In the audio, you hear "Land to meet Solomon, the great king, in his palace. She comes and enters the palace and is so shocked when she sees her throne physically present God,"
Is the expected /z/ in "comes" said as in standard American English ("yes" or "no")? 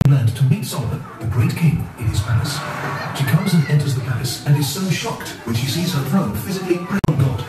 yes